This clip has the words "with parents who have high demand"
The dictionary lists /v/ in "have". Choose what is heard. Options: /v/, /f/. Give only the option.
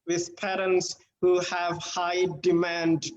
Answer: /v/